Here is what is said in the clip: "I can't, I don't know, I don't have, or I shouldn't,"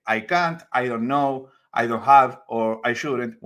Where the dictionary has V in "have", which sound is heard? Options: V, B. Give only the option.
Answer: V